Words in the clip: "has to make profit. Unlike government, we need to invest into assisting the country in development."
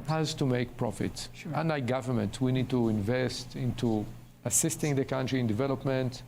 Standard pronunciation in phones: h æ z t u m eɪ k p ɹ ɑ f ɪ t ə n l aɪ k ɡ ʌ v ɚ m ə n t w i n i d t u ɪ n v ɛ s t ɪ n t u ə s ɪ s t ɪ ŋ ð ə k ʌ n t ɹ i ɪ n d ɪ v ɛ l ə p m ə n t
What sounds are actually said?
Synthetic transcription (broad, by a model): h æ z t u m eɪ k p ɹ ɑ f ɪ t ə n aɪ ɡ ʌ v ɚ m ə n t w i n i d t u ɪ n v ɛ s t ɪ n t u ə s ɪ s t ɪ ŋ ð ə k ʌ n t ɹ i ɪ n d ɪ v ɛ l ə p m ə n t